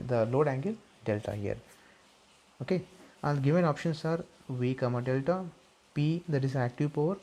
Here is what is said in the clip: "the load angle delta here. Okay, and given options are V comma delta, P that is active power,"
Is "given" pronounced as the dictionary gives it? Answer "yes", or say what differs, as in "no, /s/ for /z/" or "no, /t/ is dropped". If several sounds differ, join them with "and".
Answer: yes